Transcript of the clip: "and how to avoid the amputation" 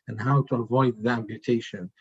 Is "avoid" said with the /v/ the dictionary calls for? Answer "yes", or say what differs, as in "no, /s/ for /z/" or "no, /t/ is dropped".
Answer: yes